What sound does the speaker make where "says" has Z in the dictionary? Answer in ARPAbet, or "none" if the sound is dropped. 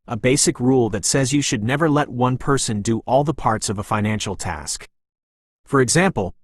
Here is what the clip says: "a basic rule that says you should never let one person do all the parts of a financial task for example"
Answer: Z